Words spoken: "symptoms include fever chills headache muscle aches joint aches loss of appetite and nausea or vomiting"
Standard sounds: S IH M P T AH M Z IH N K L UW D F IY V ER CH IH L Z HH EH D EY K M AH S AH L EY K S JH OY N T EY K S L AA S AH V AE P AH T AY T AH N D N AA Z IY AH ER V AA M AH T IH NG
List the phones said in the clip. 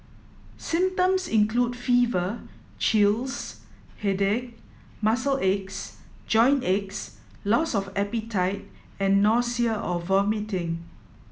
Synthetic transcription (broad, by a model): S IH M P T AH M S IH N K L UW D F IY V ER CH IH L S HH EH D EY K M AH S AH L EY K S JH OY N EY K S L AA S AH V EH P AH T AY T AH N N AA S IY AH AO V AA M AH T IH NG